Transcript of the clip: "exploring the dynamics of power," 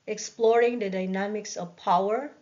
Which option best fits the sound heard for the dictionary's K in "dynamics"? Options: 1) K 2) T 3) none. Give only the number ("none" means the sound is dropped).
1